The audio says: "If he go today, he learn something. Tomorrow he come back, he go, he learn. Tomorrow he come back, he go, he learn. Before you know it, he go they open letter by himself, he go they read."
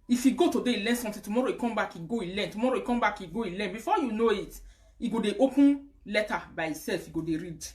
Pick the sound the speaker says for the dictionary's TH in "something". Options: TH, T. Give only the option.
T